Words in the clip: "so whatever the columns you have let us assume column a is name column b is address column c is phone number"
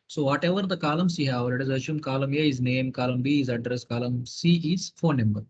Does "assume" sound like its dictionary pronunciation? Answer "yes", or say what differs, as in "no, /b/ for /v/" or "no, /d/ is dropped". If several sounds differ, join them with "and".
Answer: no, /ʃ/ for /s/